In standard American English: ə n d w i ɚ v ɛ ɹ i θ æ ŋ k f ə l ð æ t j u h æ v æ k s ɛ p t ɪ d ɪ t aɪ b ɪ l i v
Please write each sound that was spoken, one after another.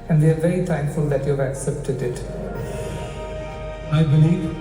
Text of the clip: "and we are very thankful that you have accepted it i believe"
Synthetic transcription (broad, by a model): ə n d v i ɚ v ɛ ɹ i t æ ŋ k f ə l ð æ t j u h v æ k s ɛ p t ɪ d ɪ t aɪ b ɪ l i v